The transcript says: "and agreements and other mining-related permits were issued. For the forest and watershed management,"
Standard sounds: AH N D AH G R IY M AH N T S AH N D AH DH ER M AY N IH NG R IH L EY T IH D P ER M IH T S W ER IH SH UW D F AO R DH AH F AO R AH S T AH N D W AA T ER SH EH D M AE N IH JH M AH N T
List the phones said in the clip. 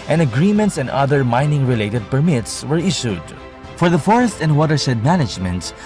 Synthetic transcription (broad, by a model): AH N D AH G R IY M AH N T S AH N D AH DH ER M AY N IH NG R IH L EY T IH D P ER M IH T S W ER IH SH UW D F AO R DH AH F AO R AH S T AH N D W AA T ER S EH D M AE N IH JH M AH N T